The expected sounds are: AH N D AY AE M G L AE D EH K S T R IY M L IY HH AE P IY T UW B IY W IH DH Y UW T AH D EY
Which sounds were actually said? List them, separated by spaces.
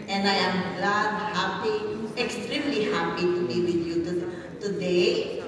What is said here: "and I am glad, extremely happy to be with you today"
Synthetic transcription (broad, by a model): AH N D AY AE M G L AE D EH K S T R IY M L IY HH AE P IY T UW B IY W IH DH Y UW T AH D EY